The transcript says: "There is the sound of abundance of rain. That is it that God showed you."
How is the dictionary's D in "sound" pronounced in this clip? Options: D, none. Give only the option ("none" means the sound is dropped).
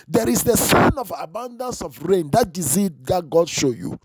none